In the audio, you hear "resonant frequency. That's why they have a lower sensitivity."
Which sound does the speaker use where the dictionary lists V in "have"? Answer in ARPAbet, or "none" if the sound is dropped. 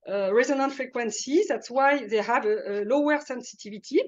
V